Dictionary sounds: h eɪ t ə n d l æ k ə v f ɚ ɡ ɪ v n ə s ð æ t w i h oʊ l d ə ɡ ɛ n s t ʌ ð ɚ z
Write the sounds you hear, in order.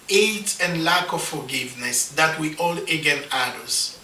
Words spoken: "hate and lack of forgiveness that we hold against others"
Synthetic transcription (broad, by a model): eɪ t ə n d l æ k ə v f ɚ ɡ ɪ v n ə s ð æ t w i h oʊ l ə ɡ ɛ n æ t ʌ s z